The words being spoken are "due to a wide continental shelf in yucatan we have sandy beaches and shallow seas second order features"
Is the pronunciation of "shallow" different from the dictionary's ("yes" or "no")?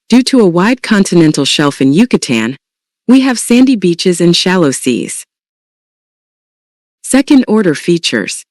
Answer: no